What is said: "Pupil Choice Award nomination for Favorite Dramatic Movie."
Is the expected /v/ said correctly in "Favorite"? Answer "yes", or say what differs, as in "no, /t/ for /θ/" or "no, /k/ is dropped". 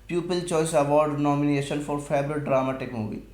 no, /b/ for /v/